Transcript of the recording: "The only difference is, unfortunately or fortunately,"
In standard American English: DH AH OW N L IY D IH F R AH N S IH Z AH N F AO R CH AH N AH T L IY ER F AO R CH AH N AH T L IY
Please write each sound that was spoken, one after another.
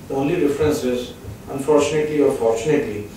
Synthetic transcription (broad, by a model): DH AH OW N L IY D IH F R AH N S IH Z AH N F AO R CH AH N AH T L IY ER F AO R CH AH N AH T L IY